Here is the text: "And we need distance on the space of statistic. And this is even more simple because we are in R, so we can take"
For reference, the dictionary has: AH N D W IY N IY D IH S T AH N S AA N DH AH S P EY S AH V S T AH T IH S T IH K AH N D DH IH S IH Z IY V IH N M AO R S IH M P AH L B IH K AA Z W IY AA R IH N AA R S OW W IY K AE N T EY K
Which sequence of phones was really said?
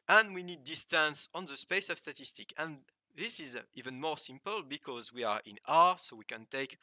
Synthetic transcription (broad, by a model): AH N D W IY N IY D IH S T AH N S AA N DH AH S P EY S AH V S T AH T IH S T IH K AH N DH IH S IH Z IY V IH N M AO R S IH M P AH L B IH K AA Z W IY AA R IH N AA R S OW W IY K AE N T EY K